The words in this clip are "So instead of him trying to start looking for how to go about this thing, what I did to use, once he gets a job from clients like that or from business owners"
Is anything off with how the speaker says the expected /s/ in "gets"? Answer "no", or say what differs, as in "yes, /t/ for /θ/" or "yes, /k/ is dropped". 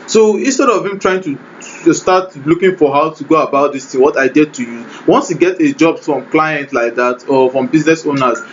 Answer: yes, /s/ is dropped